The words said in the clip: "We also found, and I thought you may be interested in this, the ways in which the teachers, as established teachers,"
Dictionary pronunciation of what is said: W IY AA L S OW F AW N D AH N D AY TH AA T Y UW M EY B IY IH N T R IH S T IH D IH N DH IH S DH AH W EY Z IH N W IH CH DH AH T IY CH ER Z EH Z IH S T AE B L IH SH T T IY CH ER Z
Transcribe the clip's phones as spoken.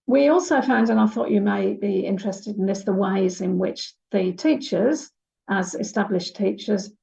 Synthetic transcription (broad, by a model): W IY AA L S OW F AW N D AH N AY TH AA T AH M EY B IY IH N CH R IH S T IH D IH N DH IH S DH AH W EY Z IH N W IH CH DH AH T IY CH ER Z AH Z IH S T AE B L IH SH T T IY CH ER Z